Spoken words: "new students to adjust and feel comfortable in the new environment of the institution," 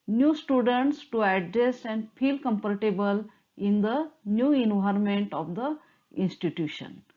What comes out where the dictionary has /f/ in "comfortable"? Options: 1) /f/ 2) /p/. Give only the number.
2